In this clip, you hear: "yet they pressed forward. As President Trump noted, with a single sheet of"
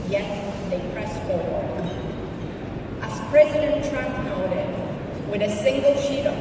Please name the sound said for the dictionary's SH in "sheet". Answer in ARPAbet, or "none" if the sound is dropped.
SH